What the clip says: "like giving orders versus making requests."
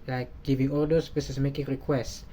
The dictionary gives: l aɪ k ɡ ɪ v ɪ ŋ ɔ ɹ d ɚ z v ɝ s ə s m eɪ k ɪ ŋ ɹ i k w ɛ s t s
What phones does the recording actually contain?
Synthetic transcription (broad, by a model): l aɪ k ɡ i v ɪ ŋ ɔ l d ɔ s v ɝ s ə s m eɪ k ɪ ŋ ɹ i k w ɛ s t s